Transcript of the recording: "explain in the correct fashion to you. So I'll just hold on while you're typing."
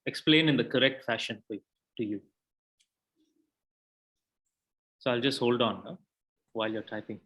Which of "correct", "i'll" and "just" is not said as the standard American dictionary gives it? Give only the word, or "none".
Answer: none